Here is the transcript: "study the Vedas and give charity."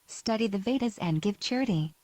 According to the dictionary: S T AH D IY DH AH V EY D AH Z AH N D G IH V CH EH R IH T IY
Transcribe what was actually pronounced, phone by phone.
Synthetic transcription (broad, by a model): S T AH D IY DH AH V EY D AH Z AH N G IH V CH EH R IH T IY